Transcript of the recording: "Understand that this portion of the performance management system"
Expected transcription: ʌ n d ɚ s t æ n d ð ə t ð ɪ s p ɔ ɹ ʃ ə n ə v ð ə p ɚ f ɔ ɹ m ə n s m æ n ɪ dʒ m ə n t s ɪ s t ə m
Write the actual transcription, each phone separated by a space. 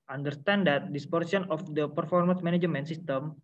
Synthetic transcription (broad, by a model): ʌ n d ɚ s t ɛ n d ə t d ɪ s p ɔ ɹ s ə n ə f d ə p ɚ f ɔ ɹ m ə n s m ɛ n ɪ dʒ m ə n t s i s t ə m